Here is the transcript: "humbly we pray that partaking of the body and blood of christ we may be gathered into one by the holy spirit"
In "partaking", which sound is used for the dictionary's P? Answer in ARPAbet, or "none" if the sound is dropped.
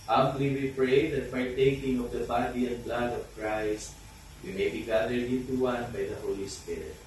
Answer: P